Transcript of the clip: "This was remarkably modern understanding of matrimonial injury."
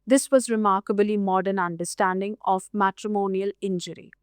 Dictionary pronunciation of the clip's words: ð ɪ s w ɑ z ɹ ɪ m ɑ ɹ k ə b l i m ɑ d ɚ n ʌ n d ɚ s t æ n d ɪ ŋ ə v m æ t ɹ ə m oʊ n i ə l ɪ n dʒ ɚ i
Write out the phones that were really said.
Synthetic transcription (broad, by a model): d ɪ s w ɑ z ɹ ɪ m ɑ ɹ k ə b l i m ɑ d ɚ n ʌ n d ɚ s t æ n d ɪ ŋ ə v m æ t ɹ ə m oʊ n i ə l ɪ n dʒ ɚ i